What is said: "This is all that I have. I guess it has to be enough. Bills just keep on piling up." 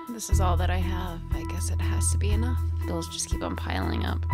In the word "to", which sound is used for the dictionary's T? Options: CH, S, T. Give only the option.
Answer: T